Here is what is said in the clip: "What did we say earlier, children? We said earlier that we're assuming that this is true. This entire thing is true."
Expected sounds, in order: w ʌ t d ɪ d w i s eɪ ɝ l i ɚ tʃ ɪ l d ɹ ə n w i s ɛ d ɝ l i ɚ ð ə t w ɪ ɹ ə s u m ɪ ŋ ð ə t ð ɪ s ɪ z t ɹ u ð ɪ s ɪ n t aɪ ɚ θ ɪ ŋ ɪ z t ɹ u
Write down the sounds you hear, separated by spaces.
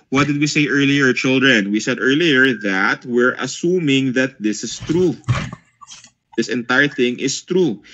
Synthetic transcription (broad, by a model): w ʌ t d ɪ d w i s eɪ ɝ l i ɚ tʃ ɪ l d ɹ ə n w i s ɛ d ɝ l i ɚ ð ə t w ɪ ɹ ə s u m ɪ ŋ ð ə t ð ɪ s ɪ s t ɹ u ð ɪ s ɪ n t aɪ ɚ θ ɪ ŋ ɪ s t ɹ u